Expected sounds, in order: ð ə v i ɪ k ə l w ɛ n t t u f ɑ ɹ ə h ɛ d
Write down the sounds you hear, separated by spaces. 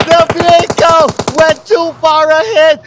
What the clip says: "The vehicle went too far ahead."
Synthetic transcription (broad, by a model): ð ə b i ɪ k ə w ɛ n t t u f ɑ ɹ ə h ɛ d